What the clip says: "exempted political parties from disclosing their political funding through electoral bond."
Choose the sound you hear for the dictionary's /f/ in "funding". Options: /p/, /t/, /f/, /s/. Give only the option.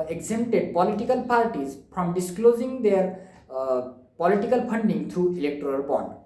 /p/